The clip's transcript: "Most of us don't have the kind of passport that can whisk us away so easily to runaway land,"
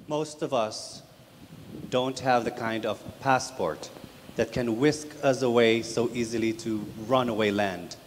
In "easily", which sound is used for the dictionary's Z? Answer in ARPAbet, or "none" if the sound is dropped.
Z